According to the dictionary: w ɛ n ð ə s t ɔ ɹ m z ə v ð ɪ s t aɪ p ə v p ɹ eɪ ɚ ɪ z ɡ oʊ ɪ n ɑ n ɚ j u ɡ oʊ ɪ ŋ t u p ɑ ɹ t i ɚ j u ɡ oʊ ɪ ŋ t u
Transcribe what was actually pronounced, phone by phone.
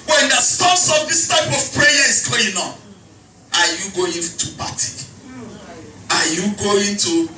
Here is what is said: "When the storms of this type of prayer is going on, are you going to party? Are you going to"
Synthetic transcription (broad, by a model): w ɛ n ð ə s t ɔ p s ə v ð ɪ s t aɪ p ə v p ɹ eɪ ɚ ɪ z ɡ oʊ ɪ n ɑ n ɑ j u ɡ oʊ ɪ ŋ t u b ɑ t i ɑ j u ɡ oʊ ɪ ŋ t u